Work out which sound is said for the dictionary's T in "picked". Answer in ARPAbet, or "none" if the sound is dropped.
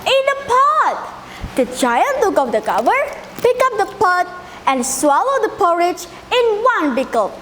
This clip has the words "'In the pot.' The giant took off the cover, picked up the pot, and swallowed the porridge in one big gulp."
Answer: none